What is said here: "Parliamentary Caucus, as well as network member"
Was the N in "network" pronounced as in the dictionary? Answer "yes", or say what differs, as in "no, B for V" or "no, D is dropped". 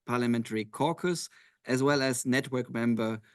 yes